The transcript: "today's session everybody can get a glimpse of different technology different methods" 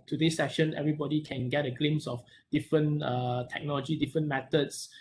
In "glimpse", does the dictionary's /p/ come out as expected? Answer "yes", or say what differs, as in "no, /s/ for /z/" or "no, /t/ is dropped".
no, /p/ is dropped